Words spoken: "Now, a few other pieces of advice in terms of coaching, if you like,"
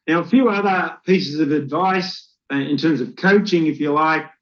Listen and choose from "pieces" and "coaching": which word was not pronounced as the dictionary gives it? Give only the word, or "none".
none